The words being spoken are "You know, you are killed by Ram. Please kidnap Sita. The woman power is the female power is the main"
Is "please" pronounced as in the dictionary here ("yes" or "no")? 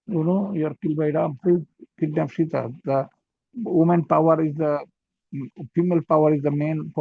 no